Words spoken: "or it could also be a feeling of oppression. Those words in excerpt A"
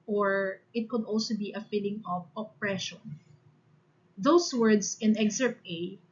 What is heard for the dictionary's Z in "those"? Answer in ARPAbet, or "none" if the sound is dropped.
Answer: S